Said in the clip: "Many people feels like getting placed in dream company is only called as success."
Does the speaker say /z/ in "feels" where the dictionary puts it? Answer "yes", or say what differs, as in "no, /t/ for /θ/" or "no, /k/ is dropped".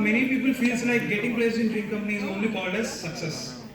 no, /s/ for /z/